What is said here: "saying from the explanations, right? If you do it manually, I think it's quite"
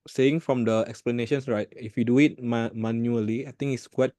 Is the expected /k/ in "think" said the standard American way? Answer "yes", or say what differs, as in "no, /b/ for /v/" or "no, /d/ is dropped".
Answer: no, /k/ is dropped